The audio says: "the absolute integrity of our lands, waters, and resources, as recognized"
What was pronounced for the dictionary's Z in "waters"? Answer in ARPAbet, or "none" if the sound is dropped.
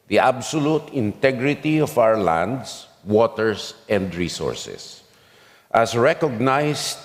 S